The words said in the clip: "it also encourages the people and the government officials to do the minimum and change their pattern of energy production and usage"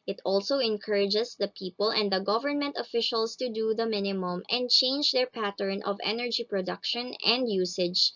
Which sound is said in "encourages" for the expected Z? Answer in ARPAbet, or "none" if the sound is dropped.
S